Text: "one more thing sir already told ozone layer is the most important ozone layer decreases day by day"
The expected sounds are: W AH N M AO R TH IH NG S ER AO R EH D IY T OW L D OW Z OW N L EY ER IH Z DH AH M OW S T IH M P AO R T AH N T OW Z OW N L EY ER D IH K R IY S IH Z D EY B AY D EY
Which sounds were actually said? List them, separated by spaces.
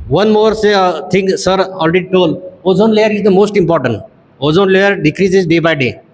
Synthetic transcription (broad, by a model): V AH N M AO R T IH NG S ER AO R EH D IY T OW L OW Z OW N L EY ER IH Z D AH M OW S T IH M P AO R T AH N T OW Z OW N L EY ER D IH K R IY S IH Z D EY B AY D EY